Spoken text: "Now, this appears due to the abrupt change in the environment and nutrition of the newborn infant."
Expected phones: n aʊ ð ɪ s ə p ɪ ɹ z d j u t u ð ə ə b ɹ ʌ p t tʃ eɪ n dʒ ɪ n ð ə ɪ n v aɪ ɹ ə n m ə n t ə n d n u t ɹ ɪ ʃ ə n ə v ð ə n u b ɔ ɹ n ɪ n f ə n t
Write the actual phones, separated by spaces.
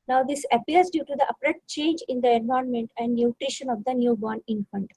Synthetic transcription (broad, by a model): n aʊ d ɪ s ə p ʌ ɹ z d j u t u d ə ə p ɹ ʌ t tʃ eɪ n dʒ ɪ n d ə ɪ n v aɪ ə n m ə n t ə n d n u t ɹ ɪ ʃ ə n ə v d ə n u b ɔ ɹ n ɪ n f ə n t